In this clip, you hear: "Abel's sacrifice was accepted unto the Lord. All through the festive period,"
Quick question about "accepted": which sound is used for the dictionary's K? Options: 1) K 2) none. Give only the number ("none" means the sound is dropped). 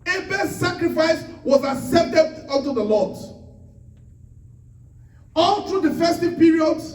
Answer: 2